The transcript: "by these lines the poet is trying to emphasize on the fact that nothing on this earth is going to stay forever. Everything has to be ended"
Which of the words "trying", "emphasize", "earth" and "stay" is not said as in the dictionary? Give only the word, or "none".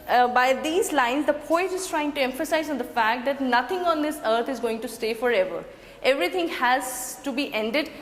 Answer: earth